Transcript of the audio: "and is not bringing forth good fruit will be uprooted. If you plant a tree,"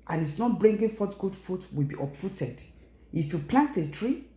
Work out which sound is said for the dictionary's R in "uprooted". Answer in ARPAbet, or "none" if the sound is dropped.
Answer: none